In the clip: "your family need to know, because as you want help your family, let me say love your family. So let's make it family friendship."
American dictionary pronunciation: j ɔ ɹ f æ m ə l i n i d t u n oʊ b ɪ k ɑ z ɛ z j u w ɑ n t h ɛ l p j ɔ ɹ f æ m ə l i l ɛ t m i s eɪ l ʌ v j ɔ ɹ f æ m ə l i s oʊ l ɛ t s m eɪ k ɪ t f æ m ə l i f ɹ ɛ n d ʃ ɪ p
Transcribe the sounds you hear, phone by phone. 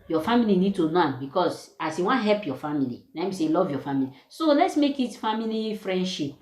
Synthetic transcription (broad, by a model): j ɔ f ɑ m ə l i n i d t u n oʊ b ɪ k ɑ s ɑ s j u w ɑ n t h ɛ l p j ɔ f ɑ m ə l i n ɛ m i s eɪ l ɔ v j ɔ f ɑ m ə l i s oʊ l ɛ t s m eɪ k ɪ t f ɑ m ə l i f ɹ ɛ n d ʃ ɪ p